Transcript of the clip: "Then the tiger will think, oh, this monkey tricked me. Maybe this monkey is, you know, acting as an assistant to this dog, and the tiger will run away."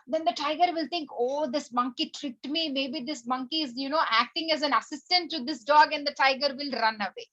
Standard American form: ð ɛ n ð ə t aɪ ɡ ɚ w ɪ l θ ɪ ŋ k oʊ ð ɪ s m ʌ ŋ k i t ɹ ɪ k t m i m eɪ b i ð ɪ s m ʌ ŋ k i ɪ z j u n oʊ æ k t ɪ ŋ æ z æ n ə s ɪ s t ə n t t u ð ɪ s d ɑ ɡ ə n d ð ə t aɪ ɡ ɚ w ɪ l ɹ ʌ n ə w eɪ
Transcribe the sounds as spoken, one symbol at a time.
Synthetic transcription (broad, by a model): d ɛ n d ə t aɪ ɡ ɚ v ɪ l t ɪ ŋ k oʊ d ɪ s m ʌ ŋ k i t ɹ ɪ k t m i m eɪ b i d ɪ s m ʌ ŋ k i ɪ z j u n oʊ æ k t ɪ ŋ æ z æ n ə s ɪ s t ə n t t u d ɪ s d ɑ ɡ ə n d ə t aɪ ɡ ɚ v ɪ l ɹ ʌ n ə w eɪ